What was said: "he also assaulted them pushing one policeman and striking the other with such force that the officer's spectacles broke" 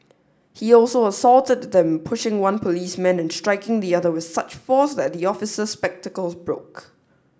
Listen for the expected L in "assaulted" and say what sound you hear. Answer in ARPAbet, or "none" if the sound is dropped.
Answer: L